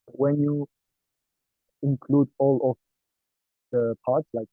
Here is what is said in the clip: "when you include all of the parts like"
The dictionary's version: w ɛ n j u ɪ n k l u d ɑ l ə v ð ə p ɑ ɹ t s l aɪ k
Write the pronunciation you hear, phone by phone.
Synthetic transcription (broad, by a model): w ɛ n j u ɪ n k l u d ɑ l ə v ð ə p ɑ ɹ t s l aɪ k